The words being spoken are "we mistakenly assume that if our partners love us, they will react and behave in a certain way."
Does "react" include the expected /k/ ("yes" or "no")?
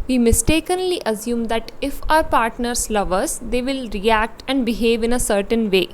yes